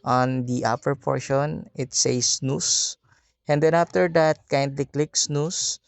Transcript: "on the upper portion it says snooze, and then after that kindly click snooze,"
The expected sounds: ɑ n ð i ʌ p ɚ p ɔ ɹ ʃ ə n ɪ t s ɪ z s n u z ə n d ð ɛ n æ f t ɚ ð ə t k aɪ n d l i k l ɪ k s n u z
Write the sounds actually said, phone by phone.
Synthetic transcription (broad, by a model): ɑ n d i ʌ p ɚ p ɔ ɹ ʃ ə n ɪ t s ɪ s n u s ə n d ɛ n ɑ f t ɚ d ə t k aɪ n d l i k l ɪ k s n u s